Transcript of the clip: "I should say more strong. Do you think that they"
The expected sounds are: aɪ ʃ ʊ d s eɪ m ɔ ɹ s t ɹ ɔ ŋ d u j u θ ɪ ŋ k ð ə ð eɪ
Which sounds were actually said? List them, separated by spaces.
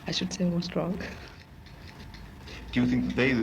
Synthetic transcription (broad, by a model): aɪ ʃ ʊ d s eɪ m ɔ s t ɹ ɔ ŋ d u j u θ ɪ ŋ k ð ə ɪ